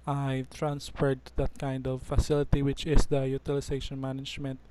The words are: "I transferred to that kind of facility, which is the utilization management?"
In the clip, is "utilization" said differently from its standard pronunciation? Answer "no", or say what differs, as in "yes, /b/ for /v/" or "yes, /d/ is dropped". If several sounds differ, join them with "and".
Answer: yes, /s/ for /z/